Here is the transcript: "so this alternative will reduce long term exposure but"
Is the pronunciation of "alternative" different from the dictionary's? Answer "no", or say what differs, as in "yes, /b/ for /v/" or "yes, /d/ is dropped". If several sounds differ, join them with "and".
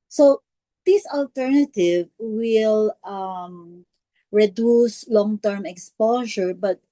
no